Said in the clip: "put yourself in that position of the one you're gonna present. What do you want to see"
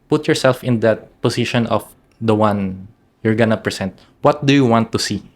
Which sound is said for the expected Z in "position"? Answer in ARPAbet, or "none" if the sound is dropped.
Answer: S